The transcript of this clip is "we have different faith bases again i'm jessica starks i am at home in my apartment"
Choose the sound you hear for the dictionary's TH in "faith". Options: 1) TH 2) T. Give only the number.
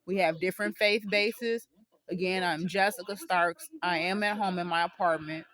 1